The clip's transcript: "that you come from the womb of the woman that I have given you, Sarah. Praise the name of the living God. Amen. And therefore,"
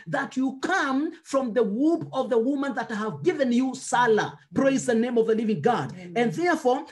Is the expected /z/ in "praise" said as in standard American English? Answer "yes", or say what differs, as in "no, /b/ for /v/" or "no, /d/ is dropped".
yes